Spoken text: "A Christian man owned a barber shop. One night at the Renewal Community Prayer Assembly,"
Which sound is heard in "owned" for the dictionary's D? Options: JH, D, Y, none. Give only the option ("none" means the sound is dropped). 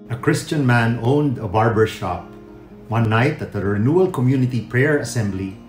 D